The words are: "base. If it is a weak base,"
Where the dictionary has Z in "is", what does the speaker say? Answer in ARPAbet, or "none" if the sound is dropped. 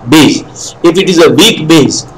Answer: Z